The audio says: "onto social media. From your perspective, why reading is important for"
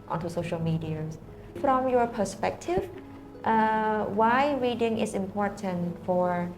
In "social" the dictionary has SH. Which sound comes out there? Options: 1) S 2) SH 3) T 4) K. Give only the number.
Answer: 2